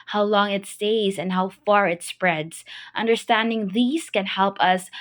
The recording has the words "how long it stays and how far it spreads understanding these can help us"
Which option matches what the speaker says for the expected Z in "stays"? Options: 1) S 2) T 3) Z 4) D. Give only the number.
3